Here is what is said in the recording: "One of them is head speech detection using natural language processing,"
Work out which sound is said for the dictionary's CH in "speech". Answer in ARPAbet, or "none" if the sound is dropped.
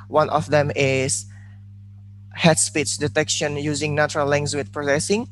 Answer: S